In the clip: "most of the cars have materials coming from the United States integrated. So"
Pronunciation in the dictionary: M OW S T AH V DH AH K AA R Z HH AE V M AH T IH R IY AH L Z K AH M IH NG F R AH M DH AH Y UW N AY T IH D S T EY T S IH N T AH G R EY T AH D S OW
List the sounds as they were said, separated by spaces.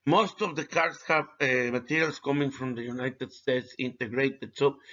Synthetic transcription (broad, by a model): M OW S T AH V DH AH K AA R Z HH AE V M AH T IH R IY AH L S K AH M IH NG F R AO M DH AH Y UW N AY T IH D S T EY T S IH N T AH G R EY T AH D S OW